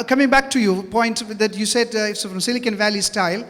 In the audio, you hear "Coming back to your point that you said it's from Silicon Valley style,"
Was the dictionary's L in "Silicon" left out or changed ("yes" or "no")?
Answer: no